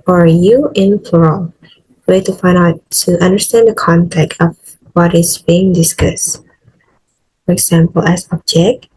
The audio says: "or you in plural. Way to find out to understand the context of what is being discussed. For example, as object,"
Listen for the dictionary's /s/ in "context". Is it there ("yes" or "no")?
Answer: no